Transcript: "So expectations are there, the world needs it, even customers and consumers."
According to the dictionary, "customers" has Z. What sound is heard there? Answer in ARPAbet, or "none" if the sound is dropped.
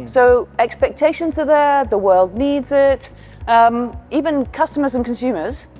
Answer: Z